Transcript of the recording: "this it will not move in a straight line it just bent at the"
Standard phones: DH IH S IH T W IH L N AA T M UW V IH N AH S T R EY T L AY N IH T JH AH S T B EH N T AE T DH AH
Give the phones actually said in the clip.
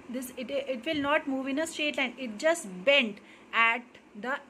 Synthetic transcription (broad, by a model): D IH S IH T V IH L N AA T M UW V IH N AH S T EY T L AY N IH T JH AH S T B EH N T AE T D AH